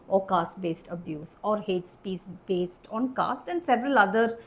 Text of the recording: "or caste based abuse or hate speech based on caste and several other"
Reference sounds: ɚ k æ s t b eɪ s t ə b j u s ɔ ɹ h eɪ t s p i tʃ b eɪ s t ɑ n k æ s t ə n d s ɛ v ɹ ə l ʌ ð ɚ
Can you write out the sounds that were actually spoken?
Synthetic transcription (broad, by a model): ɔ k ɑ s t b eɪ s t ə b j u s ɔ ɹ h eɪ t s p i s b eɪ s t ɑ n k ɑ s t ə n d s ɛ v ɹ ə l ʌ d ɚ